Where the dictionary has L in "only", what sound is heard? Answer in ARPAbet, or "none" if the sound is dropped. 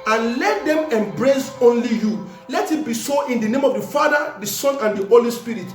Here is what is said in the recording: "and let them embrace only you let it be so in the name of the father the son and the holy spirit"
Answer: L